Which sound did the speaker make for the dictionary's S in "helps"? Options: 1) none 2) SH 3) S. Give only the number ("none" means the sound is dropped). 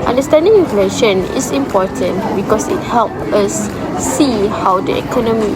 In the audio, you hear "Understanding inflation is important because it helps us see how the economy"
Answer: 1